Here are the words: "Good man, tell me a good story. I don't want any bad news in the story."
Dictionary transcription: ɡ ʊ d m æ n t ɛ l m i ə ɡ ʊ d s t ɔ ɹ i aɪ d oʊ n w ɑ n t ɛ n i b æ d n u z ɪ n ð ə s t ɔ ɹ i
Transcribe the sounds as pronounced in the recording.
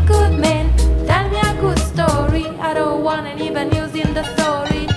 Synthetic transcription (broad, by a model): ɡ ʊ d m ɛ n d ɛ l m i ə ɡ ʊ d s t ɔ ɹ i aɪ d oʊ w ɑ n ɛ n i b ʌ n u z ɪ n ð ə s t ɔ ɹ i